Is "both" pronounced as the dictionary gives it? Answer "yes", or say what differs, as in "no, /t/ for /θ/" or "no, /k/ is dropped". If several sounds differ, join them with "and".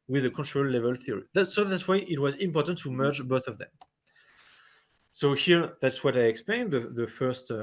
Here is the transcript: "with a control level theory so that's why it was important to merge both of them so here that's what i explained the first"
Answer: yes